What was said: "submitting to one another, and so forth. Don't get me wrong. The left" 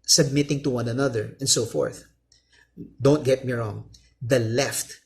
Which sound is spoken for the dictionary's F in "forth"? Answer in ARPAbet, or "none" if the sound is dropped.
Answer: F